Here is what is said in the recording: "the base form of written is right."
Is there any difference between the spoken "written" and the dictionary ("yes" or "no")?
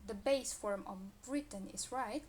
no